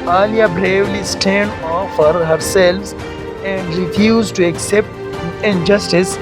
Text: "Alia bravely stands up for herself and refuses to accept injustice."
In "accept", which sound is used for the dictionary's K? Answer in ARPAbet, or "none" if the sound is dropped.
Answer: K